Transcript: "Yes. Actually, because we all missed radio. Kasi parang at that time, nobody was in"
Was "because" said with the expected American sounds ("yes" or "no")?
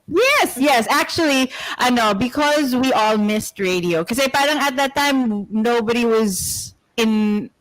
yes